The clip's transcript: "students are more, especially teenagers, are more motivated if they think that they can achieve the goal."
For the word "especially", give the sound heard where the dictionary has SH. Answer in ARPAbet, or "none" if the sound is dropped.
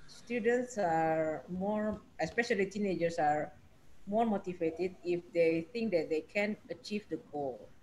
SH